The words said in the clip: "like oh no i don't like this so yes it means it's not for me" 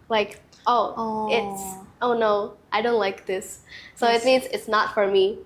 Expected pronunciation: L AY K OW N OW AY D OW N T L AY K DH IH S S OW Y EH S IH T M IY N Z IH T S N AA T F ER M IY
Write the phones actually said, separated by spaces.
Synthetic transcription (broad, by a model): L AY K OW N OW AY D OW N T L AY K DH IH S S OW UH IH T M IY N Z IH T S N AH T F ER M IY